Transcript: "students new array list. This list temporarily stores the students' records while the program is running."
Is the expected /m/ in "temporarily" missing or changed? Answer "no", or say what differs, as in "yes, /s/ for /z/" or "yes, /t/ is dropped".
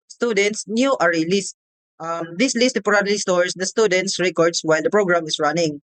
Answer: yes, /m/ is dropped